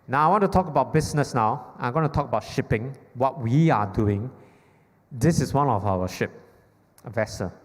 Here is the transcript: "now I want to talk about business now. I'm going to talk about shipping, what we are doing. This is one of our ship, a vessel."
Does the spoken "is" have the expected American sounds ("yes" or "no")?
no